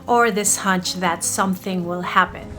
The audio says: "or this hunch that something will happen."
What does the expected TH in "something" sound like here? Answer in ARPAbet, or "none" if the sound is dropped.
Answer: TH